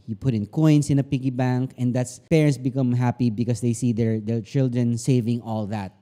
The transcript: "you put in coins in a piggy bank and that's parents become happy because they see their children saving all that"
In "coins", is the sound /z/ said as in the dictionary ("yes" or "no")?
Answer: no